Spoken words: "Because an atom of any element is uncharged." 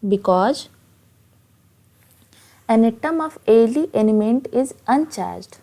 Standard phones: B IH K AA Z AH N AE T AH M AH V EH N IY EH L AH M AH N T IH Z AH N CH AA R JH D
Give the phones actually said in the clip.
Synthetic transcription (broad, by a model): B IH K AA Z AH N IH T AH M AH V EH L IY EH N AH M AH N T IH Z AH N CH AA R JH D